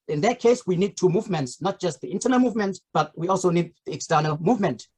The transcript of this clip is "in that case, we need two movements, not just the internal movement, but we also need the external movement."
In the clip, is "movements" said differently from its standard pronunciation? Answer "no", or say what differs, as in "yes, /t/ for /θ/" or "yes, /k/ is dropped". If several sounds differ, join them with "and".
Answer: no